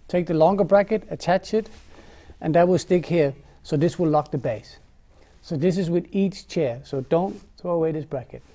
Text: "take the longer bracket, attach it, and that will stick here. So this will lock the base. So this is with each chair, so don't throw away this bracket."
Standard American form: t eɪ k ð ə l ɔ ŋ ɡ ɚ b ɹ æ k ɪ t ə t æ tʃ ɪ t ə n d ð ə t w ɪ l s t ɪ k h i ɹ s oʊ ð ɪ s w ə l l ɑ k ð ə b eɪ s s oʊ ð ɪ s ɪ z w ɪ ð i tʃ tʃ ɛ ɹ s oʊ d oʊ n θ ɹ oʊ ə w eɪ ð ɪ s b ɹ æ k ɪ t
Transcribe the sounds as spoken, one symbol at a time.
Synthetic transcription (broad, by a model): t eɪ k ð ə l ɔ ŋ ɡ ɚ b ɹ æ k ɪ t ə t æ tʃ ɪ t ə n ð ə t w ɪ l s t ɪ k h i ɹ s oʊ ð ɪ s w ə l l ɑ k ð ə b eɪ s s oʊ ð ɪ s ɪ z w ɪ ð i tʃ tʃ ɛ ɹ s oʊ d oʊ n θ ɹ oʊ ə w eɪ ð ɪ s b ɹ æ k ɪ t